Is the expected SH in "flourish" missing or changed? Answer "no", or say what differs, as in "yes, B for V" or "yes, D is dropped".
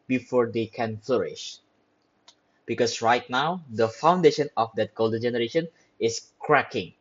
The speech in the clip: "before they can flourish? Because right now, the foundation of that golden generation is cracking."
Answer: no